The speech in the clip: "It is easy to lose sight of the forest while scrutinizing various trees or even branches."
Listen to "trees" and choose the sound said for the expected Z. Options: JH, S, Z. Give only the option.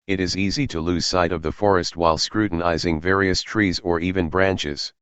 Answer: Z